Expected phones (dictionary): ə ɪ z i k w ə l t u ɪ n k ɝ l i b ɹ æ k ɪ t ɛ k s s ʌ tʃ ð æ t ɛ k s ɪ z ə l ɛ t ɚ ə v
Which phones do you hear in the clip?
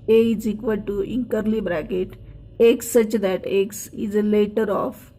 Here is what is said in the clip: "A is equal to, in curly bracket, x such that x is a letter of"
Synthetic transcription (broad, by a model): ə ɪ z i k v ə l t u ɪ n k ɝ l i b ɹ æ k ɪ t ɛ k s s ʌ tʃ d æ t ɛ k s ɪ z ə l ɛ t ɚ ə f